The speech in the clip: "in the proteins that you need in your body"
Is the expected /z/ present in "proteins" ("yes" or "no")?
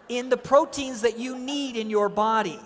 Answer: yes